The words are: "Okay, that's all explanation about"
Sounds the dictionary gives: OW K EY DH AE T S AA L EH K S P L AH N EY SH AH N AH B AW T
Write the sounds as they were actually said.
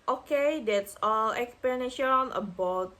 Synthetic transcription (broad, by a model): OW K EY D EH T S AA L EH K S P AH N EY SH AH N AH B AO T